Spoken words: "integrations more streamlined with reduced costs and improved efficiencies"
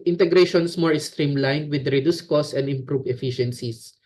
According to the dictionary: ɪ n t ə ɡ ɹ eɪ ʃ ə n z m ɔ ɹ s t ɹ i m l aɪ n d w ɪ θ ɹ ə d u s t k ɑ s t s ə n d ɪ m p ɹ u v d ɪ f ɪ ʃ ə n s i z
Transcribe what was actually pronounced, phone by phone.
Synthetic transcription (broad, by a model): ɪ n t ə ɡ ɹ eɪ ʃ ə n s m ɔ ɹ s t ɹ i m l aɪ n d w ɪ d ɹ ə d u s k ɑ s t ə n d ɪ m p ɹ u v ɪ f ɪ ʃ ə n s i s